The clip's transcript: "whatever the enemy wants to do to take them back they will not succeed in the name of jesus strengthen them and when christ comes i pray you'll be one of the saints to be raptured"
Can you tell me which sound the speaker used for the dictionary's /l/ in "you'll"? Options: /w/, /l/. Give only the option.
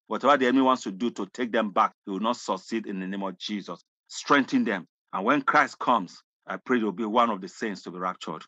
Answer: /w/